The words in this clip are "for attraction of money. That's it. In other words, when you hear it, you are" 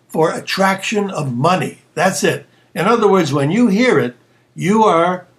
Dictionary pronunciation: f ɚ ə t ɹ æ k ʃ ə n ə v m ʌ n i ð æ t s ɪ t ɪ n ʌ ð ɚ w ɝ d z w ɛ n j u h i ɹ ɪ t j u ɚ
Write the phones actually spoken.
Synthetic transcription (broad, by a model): f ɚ ə t ɹ æ k ʃ ə n ə v m ʌ n i ð æ t s ɪ t ɪ n ʌ ð ɚ w ɝ d z w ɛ n j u h i ɹ ɪ t j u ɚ